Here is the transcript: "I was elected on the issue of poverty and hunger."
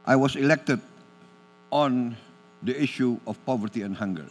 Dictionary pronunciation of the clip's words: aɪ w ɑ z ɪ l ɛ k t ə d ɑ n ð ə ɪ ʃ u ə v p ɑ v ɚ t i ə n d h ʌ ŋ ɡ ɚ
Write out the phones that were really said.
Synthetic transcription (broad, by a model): aɪ w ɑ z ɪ l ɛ k t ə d ɑ n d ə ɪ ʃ u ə f p ɑ v ɚ t i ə n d h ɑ ŋ ɡ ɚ